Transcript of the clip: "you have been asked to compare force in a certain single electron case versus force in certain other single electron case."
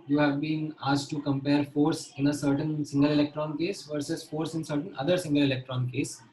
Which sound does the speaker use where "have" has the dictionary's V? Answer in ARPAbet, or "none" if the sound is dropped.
V